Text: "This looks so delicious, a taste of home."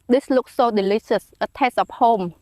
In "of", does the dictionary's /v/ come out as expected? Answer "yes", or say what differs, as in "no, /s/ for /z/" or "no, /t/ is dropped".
no, /p/ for /v/